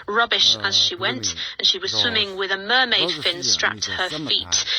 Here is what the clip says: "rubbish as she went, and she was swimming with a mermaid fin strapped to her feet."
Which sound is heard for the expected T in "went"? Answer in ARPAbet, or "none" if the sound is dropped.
T